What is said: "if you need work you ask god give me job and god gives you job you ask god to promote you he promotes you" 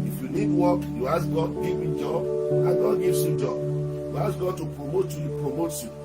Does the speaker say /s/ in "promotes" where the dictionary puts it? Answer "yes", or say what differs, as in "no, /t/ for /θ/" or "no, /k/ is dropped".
no, /s/ is dropped